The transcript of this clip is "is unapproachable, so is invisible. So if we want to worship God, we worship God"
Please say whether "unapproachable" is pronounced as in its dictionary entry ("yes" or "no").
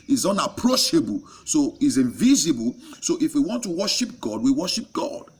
no